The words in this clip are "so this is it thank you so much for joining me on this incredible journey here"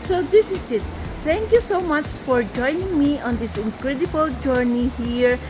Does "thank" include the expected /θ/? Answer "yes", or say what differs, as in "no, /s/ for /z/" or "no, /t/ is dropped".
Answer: no, /t/ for /θ/